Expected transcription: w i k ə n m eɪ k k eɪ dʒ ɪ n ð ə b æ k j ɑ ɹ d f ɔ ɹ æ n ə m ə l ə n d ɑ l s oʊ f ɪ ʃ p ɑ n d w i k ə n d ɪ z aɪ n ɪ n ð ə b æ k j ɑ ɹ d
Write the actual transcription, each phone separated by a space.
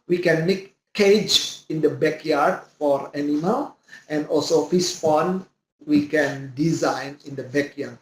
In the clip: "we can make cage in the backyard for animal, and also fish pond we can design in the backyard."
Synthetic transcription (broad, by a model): w i k ə n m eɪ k k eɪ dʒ ɪ n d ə b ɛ k j ɑ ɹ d f ɔ ɹ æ n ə m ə l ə n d ɑ l s oʊ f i s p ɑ n w i k ə n d ɪ z aɪ n ɪ n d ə b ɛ k j ɑ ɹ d